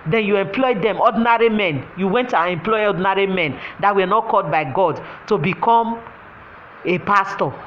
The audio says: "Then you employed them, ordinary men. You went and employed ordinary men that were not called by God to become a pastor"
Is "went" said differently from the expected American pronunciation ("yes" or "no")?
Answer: no